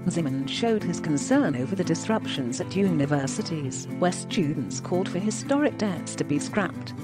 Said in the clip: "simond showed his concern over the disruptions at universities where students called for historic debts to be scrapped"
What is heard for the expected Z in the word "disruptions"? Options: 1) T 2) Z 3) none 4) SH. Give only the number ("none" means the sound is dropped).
2